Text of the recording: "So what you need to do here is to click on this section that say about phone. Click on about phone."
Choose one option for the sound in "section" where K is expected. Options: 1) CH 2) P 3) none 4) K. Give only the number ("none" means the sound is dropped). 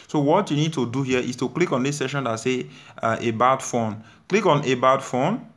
3